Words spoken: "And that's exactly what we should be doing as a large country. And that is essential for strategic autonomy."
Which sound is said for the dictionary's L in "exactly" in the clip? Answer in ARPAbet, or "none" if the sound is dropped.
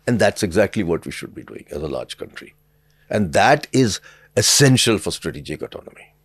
L